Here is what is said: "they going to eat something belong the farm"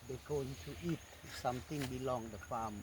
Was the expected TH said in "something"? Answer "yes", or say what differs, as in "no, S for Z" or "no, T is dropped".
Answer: no, T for TH